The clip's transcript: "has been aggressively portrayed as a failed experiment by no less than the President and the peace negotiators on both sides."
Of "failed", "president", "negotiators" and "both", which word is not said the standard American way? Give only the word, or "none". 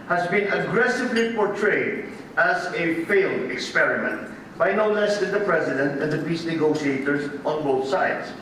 none